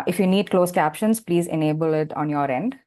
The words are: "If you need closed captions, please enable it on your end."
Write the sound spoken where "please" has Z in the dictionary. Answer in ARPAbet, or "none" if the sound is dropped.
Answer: Z